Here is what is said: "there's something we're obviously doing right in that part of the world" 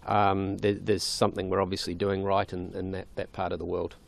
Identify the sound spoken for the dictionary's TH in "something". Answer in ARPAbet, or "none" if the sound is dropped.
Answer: TH